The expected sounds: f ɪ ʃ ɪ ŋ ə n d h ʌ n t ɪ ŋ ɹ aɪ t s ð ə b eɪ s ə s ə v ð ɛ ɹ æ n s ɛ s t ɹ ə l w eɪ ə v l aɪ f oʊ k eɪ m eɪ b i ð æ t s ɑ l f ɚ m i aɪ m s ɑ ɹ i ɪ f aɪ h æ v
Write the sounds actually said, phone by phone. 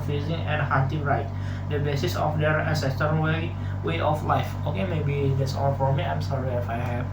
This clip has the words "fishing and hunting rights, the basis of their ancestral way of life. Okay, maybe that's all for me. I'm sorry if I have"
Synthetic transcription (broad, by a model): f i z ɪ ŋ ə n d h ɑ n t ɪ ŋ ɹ aɪ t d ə b eɪ s ə s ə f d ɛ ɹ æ n s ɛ s t ə w w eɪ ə f l aɪ f oʊ k eɪ m eɪ b i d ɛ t s ɑ l f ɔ m i aɪ m s ɑ ɹ i ɪ f aɪ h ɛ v